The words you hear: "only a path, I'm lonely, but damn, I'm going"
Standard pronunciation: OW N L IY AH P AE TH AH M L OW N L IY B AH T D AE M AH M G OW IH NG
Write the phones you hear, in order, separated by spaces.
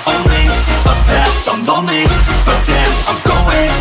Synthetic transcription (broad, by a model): OW N L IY AH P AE S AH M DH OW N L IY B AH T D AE AH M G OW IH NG